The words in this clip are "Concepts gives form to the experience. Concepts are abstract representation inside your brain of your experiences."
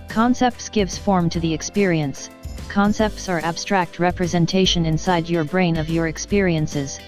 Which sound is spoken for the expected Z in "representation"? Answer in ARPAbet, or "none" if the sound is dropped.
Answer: Z